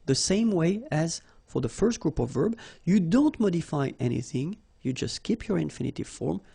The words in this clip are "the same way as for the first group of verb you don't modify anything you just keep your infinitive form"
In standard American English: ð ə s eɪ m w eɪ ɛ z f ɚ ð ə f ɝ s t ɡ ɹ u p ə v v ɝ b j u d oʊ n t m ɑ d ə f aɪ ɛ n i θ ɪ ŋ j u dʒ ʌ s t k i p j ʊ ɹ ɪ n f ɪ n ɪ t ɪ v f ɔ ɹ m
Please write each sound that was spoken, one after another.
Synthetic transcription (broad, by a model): ð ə s eɪ m w eɪ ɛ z f ɚ ð ə f ɝ s t ɡ ɹ u p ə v v ɝ b j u d oʊ n t m ɑ d ə f aɪ ɛ n i θ ɪ ŋ j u dʒ ʌ s t k i p j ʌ ɹ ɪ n f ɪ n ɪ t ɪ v f ɔ ɹ m